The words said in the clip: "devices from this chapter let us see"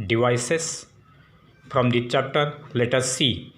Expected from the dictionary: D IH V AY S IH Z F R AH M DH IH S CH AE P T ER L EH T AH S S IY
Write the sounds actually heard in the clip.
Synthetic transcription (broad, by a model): D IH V AY S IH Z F R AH M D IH CH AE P T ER L EH T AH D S IY